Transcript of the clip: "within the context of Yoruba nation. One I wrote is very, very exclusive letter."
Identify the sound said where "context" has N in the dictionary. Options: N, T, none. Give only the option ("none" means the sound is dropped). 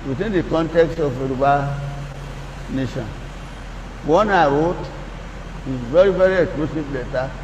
N